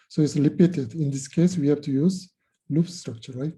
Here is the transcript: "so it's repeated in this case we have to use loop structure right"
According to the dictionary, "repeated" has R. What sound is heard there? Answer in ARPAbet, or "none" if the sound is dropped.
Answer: L